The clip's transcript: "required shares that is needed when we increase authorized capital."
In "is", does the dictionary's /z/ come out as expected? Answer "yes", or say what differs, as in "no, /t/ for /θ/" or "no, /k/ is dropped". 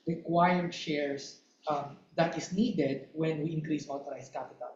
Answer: no, /s/ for /z/